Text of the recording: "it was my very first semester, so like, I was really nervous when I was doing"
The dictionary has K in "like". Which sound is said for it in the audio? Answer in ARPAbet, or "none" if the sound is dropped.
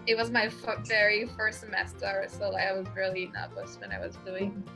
none